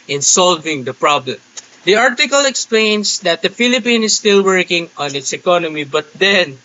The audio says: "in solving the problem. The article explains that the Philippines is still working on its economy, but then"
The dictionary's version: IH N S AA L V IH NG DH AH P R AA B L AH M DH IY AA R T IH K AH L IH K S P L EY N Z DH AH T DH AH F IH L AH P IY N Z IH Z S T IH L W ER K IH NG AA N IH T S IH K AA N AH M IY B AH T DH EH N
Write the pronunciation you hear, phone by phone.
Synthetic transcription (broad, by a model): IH N S AA L V IH NG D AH P R AA B L AH M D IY AA R T IH K AH L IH K S P L EY N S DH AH T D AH F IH L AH P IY N IH S T IH L W ER K IH NG AA N IH T S IH K AA N AH M IY B AH T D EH N